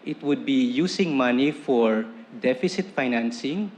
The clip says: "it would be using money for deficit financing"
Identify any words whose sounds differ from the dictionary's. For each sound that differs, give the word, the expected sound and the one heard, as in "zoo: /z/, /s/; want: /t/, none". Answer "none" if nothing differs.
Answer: using: /z/, /s/